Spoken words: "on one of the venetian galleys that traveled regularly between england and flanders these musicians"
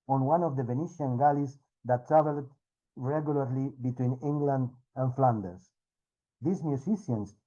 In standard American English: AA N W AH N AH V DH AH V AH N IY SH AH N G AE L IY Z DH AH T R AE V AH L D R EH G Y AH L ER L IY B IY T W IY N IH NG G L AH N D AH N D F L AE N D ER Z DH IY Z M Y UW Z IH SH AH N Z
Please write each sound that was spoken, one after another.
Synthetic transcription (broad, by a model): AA N W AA N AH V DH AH V AH N IY SH AH N G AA L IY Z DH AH T R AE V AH L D R EH G Y AH L ER L IY B IY T W IY N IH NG G L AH N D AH N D F L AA N D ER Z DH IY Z M Y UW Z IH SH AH N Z